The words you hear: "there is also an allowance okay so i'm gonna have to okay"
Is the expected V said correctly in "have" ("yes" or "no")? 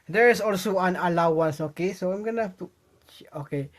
no